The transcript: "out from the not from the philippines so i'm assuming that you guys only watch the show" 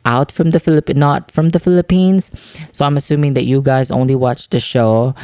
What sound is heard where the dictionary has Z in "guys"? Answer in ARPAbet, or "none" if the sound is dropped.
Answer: Z